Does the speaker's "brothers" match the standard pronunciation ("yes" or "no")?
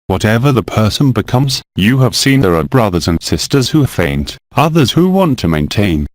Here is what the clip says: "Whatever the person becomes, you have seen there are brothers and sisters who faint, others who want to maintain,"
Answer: yes